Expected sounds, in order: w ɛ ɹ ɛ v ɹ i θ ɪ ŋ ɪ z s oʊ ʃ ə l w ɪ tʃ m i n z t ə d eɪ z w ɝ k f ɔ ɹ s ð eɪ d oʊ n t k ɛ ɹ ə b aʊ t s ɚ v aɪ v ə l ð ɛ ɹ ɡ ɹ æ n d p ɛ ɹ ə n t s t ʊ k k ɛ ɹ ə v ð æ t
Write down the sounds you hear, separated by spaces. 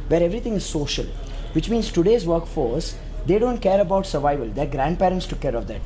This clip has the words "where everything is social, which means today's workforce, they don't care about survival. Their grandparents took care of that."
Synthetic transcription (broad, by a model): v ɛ ɹ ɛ v ɹ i t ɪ ŋ ɪ z s oʊ ʃ ə l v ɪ tʃ m i n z t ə d eɪ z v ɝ k f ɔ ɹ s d eɪ d oʊ n t k ɛ ɹ ə b aʊ t s ɚ v aɪ v ə l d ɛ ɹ ɡ ɹ æ n d p ɛ ɹ ə n t s t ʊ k k ɛ ɹ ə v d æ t